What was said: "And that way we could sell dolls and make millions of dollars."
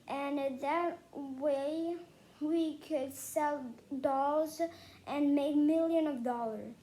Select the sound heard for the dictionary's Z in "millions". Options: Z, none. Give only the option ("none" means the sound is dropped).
none